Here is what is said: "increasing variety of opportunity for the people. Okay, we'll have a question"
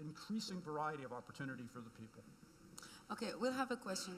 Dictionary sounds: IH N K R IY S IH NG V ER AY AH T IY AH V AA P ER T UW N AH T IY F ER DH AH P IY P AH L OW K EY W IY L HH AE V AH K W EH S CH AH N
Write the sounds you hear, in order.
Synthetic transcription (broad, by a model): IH N K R IY S IH NG V ER AY AH T IY AH V AA P ER T UW N AH T IY F ER DH AH P IY P L OW K EY W IY L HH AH V AH K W EH S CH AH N